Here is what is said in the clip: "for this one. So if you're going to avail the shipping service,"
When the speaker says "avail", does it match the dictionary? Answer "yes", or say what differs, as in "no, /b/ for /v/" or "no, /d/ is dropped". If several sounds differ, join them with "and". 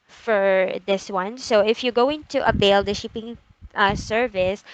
no, /b/ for /v/